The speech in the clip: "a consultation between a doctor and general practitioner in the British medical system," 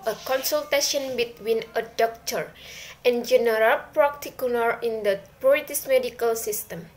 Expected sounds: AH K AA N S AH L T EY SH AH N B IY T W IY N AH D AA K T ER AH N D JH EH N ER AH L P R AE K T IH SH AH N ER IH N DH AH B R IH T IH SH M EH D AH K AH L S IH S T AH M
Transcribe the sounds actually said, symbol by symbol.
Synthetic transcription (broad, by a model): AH K AA N S AH L T EY SH AH N B IY T W IY N AH D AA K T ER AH N JH EH N ER AH L P R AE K T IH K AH L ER IH N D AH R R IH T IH S M EH D AH K AH L S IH S T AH M